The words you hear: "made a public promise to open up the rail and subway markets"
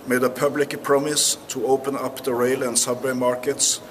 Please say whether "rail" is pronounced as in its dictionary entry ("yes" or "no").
yes